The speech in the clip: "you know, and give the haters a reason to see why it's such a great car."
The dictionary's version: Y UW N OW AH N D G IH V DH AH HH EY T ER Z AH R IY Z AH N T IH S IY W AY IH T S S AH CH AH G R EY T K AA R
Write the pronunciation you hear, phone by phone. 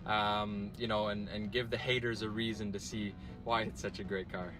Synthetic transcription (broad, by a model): Y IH N OW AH N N G IH V DH AH HH EY T ER Z AH R IY Z AH N T IH S IY W AY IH T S S AH CH AH G R EY T K AA R